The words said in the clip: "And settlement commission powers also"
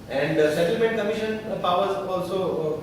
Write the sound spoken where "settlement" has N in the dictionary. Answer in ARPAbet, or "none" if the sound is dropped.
none